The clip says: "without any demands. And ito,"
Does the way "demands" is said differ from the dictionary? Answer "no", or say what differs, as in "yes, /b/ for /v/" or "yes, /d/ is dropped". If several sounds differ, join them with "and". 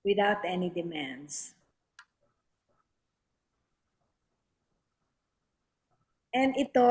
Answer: yes, /s/ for /z/